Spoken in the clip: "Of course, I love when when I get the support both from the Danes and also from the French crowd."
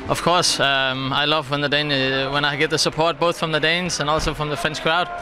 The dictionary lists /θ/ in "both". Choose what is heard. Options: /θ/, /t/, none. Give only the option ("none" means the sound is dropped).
/θ/